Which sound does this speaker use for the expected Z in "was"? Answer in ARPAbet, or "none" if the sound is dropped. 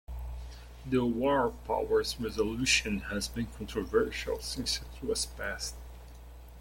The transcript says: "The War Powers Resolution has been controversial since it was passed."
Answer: S